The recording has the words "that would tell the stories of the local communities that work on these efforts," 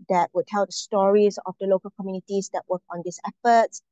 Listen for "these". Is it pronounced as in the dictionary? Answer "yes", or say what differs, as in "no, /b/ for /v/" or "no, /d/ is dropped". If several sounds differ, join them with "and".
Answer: no, /s/ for /z/